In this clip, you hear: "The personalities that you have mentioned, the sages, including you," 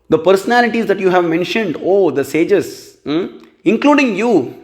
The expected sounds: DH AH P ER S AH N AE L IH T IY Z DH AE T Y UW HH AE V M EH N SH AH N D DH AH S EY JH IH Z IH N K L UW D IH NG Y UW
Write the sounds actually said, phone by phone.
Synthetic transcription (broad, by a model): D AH P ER S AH N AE L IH T IY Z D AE T Y UW HH AE V M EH N SH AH N D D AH S EY JH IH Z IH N K L UW D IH NG Y UW